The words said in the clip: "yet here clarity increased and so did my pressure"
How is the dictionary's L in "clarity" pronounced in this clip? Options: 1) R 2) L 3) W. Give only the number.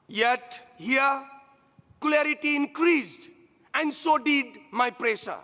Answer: 2